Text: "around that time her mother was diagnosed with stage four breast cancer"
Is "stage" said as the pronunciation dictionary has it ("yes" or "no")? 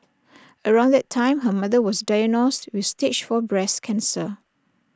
no